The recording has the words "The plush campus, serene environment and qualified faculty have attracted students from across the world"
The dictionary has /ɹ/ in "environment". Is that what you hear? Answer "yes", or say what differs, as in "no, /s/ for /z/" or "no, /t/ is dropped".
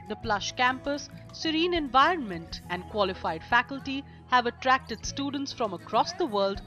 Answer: yes